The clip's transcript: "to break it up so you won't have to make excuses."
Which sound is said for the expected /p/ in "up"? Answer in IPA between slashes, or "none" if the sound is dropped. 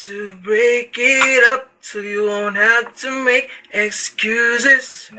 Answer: /p/